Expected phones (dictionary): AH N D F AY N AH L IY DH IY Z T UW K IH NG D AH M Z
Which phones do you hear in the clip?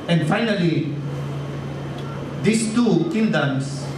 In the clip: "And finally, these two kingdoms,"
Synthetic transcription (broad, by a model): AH N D F AY N AH L IY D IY S T UW K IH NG D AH M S